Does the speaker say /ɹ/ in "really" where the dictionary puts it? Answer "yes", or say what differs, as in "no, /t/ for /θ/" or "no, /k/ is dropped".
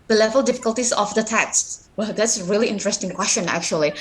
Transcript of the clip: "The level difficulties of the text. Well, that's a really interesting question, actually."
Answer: yes